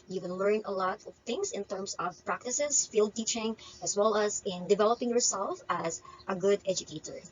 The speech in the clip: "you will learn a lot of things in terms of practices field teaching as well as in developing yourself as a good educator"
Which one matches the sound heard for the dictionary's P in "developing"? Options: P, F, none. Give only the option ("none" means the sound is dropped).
P